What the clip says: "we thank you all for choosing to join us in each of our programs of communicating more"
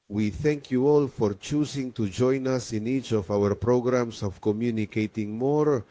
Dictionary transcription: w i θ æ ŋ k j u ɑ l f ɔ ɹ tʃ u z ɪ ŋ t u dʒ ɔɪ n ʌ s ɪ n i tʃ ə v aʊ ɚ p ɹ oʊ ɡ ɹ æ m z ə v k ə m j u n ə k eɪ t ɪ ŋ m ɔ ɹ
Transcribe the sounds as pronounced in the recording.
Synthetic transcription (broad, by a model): w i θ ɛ ŋ k j u ɑ l f ɔ ɹ tʃ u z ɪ ŋ t u dʒ ɔɪ n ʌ s ɪ n i tʃ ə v aʊ ɚ p ɹ oʊ ɡ ɹ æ m s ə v k ə m j u n ə k eɪ t ɪ ŋ m ɔ ɹ